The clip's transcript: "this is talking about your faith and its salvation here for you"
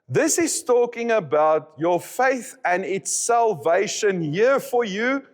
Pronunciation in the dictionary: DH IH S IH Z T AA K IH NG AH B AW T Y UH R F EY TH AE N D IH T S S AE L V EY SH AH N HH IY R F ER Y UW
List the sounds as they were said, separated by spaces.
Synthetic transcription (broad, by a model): DH IH S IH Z T AA K IH NG AH B AW T Y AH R F EY TH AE N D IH T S S AE L V EY SH AH N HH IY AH F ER Y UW